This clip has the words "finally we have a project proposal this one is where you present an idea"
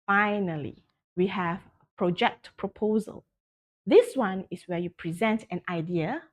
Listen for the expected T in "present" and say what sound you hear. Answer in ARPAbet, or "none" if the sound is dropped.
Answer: T